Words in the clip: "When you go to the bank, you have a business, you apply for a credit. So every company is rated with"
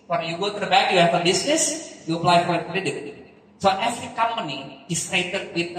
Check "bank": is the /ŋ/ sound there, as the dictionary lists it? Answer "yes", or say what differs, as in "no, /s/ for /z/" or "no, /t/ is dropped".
no, /ŋ/ is dropped